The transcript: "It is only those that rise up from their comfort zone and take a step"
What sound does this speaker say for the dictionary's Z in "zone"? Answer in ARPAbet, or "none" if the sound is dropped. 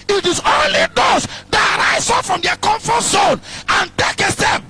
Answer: S